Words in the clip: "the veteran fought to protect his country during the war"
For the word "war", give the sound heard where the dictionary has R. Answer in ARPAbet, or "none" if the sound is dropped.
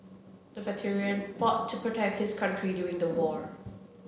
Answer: R